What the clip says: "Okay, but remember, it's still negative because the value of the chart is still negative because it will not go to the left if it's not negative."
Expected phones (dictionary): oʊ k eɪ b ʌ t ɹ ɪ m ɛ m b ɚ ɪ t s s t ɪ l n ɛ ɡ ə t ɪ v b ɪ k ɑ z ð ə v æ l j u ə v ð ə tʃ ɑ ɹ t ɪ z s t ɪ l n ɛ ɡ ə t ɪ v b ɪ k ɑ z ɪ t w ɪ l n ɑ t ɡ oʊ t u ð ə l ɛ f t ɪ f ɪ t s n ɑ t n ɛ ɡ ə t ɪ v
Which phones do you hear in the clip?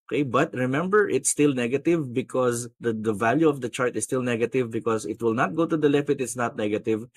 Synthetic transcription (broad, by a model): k eɪ b ʌ t ɹ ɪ m ɛ m b ɚ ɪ t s s t ɪ l n ɛ ɡ ə t ɪ v b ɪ k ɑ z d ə v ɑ l j u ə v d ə tʃ ɑ ɹ t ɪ s t ɪ l n ɛ ɡ ə t ɪ v b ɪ k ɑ s ɪ t w ɪ l n ɑ t ɡ oʊ t u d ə l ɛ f ɪ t ɪ t s n ɑ t n ɛ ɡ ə t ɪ v